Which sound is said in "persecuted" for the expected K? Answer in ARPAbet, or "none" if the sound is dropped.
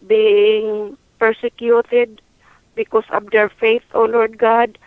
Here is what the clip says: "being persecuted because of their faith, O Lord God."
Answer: K